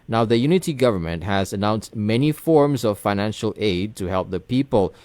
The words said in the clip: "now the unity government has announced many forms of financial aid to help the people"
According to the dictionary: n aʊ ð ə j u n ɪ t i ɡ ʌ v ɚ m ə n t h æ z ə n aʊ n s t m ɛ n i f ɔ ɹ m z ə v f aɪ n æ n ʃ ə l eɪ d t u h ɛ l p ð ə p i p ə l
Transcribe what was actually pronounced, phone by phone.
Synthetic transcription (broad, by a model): n aʊ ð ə j u n ɪ t i ɡ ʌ v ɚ m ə n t h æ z ə n aʊ n s t m ɛ n i f ɔ ɹ m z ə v f aɪ n æ n ʃ ə l eɪ d t u h ɛ l p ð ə p i p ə l